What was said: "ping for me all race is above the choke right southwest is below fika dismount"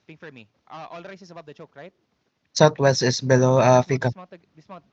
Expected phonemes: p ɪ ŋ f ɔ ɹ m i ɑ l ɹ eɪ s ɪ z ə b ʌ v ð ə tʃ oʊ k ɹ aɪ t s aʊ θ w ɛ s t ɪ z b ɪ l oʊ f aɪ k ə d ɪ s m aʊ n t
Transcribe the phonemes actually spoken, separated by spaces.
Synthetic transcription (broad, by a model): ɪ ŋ f ɔ ɹ m i ɑ l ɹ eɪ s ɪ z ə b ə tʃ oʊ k ɹ aɪ t s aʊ t w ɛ s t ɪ s b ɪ l oʊ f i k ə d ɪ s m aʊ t